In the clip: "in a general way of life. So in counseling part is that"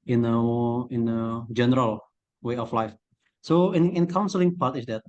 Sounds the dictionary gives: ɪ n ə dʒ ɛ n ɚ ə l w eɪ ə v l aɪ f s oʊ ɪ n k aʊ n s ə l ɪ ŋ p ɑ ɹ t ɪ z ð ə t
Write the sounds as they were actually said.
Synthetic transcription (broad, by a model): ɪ n ə dʒ ɛ n ɚ ə l w eɪ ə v l aɪ f s oʊ ɪ n k aʊ n s ə l ɪ ŋ p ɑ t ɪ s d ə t